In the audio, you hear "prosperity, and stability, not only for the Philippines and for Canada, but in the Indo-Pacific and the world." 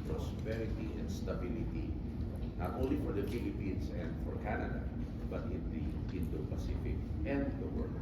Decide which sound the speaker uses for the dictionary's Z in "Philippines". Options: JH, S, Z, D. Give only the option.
S